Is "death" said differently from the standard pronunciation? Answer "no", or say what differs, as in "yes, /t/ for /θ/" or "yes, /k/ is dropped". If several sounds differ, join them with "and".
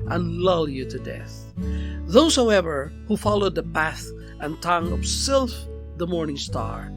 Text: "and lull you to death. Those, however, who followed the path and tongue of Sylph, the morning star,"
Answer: no